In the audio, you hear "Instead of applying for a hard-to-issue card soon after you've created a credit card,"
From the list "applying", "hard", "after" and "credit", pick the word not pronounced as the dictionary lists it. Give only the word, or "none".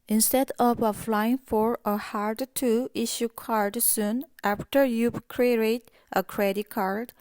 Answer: applying